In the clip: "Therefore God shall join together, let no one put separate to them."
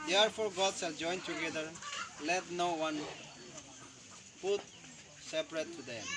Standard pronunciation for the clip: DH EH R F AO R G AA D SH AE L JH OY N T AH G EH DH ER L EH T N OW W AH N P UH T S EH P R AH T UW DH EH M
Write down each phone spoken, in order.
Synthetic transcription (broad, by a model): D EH R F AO R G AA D S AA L JH OY N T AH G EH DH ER L EH T N OW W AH N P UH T S EH P R AH T UW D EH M